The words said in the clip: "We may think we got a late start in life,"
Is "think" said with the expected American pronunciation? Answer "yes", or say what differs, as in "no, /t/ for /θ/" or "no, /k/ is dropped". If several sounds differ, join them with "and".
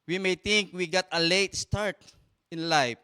no, /t/ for /θ/